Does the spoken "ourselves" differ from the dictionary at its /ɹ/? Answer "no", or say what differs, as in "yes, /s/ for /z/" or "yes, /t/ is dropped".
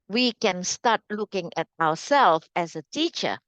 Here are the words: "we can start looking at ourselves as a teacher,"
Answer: yes, /w/ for /ɹ/